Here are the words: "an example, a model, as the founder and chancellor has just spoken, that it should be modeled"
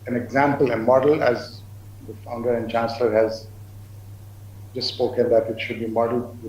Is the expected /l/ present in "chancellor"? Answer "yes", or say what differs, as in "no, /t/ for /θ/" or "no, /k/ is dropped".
yes